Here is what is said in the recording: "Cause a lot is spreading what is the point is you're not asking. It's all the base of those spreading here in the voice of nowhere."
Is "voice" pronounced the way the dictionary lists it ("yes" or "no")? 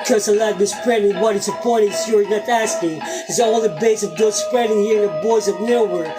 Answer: no